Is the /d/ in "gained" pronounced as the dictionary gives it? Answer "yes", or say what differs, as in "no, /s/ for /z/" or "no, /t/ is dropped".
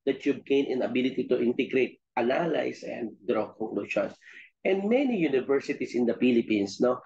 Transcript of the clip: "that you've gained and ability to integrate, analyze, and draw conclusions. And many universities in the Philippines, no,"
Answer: no, /d/ is dropped